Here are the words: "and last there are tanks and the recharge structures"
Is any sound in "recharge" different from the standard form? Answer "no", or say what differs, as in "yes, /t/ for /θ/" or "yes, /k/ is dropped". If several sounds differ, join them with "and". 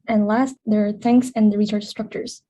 yes, /s/ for /tʃ/ and /tʃ/ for /dʒ/